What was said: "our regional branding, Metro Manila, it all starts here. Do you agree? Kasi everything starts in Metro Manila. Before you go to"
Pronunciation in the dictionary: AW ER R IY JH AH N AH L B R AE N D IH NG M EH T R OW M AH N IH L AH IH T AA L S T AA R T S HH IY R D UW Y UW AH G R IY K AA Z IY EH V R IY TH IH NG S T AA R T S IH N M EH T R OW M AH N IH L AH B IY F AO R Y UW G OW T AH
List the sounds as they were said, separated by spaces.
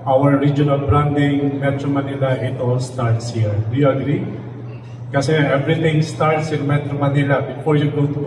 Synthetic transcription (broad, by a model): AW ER R IY JH AH N AH L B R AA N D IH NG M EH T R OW M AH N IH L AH IH T AA L S T AA R T S HH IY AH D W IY AH G R IY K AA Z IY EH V R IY T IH NG S T AA R T S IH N M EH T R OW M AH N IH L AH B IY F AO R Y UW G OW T